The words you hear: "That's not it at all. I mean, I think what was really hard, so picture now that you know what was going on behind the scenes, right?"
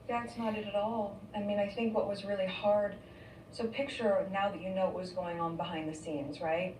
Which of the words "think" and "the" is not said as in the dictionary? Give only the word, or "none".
none